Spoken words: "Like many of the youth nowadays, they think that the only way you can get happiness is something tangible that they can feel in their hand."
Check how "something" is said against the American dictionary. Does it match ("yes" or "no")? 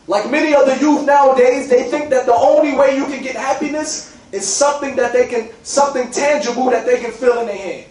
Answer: yes